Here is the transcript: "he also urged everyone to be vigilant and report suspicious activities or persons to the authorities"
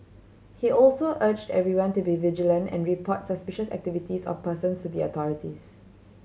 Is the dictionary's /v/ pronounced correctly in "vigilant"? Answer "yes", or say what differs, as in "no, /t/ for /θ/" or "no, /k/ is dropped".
yes